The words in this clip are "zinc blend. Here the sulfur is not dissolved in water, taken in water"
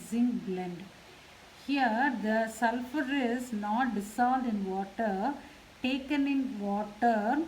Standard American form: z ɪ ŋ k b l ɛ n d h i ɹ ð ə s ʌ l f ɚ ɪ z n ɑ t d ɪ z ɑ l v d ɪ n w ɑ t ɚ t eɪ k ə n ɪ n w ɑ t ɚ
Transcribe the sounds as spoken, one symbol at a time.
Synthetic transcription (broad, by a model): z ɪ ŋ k b l ɛ n d h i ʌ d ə s ʌ l f ɚ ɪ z n ɑ t d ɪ s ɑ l d ɪ n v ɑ t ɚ t eɪ k ə n ɪ n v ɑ t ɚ